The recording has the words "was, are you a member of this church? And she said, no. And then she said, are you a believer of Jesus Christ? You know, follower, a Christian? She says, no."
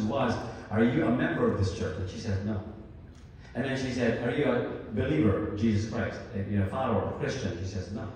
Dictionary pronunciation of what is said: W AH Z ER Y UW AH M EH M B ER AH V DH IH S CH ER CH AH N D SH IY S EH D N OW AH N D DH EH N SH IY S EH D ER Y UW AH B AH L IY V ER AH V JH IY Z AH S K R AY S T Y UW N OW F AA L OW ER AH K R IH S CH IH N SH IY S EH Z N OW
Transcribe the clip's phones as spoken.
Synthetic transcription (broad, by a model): W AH Z ER Y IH AH M EH M B ER AH V DH IH S CH ER CH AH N SH IY S EH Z N OW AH N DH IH N SH IY S EH D ER Y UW AH B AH L IY V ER AH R JH IY Z AH S K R AY S T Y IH N OW F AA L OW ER AH K R IH S CH IH N SH IY S EH Z N OW